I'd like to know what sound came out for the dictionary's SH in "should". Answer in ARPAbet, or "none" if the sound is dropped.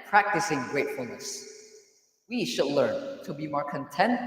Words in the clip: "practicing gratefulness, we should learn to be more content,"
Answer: SH